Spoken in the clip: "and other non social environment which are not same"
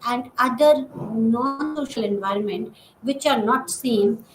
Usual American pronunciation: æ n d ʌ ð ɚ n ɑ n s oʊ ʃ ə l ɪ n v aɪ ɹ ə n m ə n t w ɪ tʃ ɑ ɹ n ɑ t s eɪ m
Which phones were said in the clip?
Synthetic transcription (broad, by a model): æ n d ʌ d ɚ n ɑ n s oʊ ʃ ə l ɪ n v aɪ ɹ ə n m ə n t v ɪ tʃ ɑ ɹ n ɑ t s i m